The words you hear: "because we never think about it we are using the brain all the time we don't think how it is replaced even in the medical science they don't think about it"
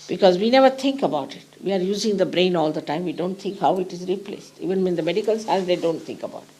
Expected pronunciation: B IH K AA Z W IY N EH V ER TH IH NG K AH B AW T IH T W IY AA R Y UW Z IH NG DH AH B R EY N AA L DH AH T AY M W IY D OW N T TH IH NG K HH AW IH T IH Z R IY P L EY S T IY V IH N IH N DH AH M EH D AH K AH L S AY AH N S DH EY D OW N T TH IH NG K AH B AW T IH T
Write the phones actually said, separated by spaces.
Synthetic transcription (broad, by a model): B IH K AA Z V IY N EH V ER T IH NG K AH B AW T IH T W IY AA R Y UW Z IH NG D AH B R EY N AA L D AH T AY M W IY D OW N T T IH NG K HH AW IH T IH Z R IY P L EY S T IY V IH N IH N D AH M EH D AH K AH L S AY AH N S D EY D OW N T T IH NG K AH B AW T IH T